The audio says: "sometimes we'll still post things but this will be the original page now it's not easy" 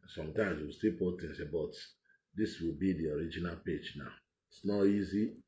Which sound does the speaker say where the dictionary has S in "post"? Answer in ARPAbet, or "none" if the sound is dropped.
none